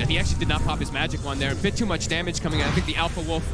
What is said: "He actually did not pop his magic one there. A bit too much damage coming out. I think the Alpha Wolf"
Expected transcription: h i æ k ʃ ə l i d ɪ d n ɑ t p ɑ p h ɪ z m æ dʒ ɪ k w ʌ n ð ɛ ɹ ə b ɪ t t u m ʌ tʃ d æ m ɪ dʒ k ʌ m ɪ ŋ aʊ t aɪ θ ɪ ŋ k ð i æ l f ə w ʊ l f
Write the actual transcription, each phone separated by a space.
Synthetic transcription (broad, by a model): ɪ i æ k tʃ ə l i d ɪ d n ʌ t p ɑ p h ɪ z m æ dʒ ɪ k w ʌ n ð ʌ ɹ ə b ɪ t t u m ʌ tʃ d æ m ɪ dʒ k ʌ m ɪ ŋ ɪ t aɪ θ ɪ ŋ k ð i æ l f ə w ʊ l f